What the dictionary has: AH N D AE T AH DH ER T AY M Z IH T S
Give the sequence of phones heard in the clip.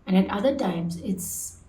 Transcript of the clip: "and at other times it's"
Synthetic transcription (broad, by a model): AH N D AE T AH DH ER T AY M Z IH T S